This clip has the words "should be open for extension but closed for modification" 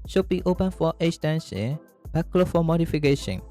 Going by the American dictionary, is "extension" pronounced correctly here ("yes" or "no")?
no